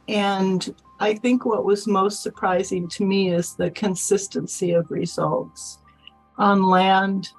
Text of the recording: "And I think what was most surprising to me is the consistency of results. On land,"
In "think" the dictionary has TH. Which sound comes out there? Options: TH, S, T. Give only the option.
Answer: TH